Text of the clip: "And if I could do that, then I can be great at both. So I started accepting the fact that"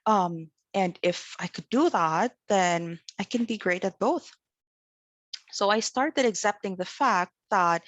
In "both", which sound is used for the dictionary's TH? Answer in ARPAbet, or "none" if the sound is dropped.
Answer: TH